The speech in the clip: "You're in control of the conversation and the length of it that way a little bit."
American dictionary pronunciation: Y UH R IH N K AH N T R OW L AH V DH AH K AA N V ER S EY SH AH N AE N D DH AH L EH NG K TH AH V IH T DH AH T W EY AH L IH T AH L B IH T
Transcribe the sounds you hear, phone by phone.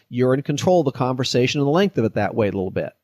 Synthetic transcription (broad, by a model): Y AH R IH N K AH N T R OW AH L DH AH K AA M V ER S EY SH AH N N DH AH L EH NG K TH AH V IH T DH AH T W EY AH L IH T L B IH T